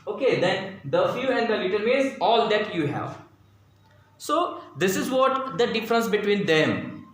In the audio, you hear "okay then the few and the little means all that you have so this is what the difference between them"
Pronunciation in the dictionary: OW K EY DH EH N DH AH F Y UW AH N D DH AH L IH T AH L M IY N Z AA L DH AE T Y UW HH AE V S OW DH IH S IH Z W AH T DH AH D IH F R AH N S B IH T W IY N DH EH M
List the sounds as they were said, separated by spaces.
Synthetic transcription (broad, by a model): OW K EY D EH N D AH F Y UW AH N D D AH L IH T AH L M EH Z AA L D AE T Y UW HH AE V S OW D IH S IH Z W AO T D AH D IH F R AH N S B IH T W IY N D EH M